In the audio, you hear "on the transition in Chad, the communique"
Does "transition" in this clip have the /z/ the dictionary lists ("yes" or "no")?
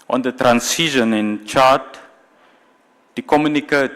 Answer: no